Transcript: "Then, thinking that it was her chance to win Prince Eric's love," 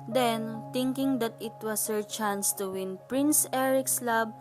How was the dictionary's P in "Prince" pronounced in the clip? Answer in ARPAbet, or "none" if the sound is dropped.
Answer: P